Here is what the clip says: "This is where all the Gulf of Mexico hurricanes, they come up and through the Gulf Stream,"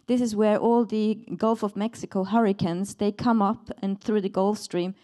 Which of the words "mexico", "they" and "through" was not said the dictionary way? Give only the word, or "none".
none